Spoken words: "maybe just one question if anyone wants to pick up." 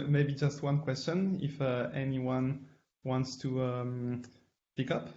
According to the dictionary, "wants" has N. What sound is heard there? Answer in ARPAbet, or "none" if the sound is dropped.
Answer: N